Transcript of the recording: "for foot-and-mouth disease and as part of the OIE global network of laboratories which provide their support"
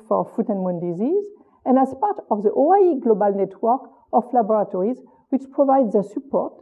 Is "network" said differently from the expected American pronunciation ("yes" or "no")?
no